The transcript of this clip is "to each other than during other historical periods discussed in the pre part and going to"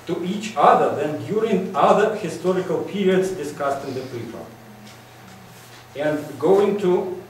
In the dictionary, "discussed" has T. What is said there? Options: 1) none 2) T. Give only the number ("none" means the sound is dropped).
2